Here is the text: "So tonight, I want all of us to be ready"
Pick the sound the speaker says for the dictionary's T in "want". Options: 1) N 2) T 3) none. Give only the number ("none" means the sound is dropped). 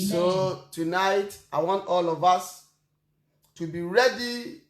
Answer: 2